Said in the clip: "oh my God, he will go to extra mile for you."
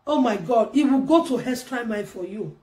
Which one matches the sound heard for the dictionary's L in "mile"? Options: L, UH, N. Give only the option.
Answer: N